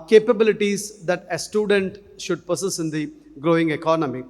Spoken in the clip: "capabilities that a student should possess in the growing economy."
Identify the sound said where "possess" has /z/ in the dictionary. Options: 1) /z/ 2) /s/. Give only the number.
2